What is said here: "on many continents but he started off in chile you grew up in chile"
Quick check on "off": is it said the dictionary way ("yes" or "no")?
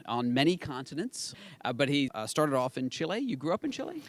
yes